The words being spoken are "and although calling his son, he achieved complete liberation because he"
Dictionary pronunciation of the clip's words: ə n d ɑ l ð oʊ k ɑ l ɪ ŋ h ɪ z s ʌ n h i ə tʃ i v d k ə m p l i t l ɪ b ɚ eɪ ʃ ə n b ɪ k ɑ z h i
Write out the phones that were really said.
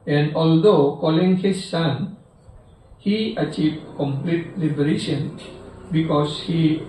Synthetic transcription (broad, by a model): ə n d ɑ l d oʊ k ɑ l ɪ ŋ h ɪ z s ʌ n h i ə tʃ i v d k ə m p l i t l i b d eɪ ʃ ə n b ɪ k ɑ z h i